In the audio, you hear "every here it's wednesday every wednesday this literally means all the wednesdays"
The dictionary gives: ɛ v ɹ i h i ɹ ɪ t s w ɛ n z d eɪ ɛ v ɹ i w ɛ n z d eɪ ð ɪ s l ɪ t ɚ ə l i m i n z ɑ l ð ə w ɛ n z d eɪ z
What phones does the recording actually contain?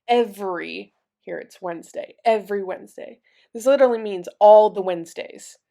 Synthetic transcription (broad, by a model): ɛ v ɹ i h i ɹ ɪ t s w ɛ n z d eɪ ɛ v ɹ i w ɛ n z d eɪ ð ɪ s l ɪ t ɚ l i m i n z ɑ l ð ə w ɛ n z d eɪ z